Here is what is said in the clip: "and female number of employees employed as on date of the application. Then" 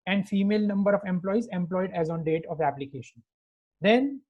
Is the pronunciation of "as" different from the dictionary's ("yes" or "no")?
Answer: no